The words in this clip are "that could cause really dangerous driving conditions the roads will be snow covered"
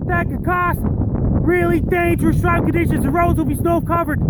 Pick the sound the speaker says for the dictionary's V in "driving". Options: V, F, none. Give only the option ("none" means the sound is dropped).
none